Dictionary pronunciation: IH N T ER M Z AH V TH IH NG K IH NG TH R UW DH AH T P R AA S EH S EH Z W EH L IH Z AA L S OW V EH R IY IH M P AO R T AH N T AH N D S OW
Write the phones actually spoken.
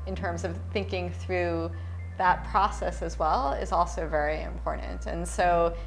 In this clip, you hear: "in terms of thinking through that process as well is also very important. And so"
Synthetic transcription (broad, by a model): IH N T ER M Z AH V TH IH NG K IH NG TH R UW DH AH T P R AA S EH S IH Z W EH L IH Z AA L S OW V EH R IY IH M P AO R T N T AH N S OW